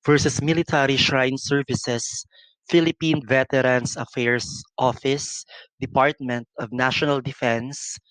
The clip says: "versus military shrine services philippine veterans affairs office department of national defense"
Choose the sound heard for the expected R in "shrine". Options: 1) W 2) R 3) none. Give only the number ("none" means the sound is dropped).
2